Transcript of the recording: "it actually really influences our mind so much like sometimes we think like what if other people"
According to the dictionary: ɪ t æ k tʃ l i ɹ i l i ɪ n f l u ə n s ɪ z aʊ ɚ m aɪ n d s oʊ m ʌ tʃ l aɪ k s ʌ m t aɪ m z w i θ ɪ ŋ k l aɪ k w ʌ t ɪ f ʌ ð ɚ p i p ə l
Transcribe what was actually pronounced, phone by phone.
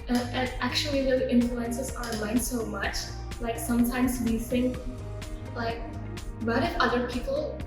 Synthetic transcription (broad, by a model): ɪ t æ k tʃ i l i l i ɪ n f l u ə n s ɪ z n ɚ m aɪ n d s oʊ m ʌ tʃ l aɪ k s ʌ m t aɪ m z w i θ ɪ ŋ k l aɪ k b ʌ t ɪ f ʌ ð ɚ p i p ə l